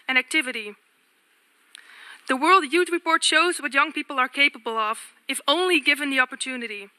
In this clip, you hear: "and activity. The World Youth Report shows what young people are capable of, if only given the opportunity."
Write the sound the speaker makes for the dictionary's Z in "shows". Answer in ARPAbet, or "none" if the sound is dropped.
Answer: Z